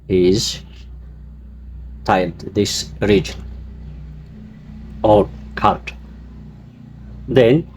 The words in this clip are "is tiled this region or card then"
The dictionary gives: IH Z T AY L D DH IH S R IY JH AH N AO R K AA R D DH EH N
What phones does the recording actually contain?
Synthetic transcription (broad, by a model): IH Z T AY L D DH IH S R IY JH AH N AO R K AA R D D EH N